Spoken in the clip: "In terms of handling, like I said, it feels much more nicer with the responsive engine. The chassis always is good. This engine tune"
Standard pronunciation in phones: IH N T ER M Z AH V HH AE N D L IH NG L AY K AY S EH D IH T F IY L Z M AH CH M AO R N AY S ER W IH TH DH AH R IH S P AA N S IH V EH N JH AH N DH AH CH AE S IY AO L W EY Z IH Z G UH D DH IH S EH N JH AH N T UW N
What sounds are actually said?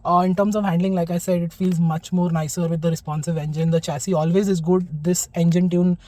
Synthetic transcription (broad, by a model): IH N T ER M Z AH V HH AE N D L IH NG L AY K AY S EH D IH T F IY L Z M AH CH M AO R N AY S ER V IH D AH R IH S P AA N S IH V EH N JH AH N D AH CH AE S IY AO L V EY Z IH Z G UH D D IH S EH N JH AH N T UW N